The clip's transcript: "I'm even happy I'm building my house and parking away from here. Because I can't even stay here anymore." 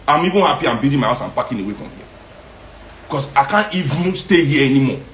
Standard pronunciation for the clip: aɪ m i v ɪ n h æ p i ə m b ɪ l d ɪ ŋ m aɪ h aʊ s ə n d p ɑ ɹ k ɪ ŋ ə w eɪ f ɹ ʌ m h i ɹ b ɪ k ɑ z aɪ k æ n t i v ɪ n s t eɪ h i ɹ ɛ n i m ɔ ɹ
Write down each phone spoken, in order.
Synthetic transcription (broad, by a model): aɪ m i v ɪ n h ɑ p i ə m b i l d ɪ m aɪ h aʊ s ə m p ɑ k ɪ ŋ ə w eɪ f ɹ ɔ m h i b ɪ k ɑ s aɪ k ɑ n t i v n s t eɪ h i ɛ n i m ɔ